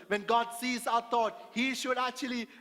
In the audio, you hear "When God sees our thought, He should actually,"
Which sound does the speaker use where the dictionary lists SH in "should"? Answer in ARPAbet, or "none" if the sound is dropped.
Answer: SH